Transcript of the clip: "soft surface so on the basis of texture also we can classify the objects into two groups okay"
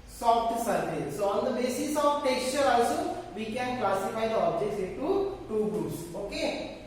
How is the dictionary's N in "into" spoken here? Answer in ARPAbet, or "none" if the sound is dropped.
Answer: none